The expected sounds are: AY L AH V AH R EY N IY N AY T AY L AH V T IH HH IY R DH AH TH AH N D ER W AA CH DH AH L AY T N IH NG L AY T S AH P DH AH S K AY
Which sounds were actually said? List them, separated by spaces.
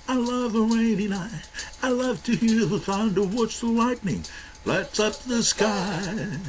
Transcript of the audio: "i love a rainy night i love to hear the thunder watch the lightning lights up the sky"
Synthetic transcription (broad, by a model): AY L AH V AH R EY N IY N AY AY L AH V T IH HH IY R DH AH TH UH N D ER W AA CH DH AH L AY T N IH NG L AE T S AH P DH AH S K AY